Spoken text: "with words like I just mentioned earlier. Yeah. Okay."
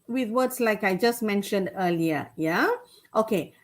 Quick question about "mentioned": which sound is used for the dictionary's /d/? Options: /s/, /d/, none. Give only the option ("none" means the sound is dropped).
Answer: /d/